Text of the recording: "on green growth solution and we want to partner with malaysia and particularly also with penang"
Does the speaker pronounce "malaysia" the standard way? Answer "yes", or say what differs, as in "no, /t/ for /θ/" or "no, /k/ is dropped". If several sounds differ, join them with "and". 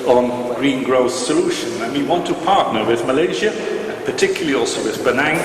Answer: yes